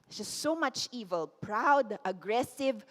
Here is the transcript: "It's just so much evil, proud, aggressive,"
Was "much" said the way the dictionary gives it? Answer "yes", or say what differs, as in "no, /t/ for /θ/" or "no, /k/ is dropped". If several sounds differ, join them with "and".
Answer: yes